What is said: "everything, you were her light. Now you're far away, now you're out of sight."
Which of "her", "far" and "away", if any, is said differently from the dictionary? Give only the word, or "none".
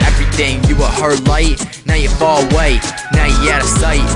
far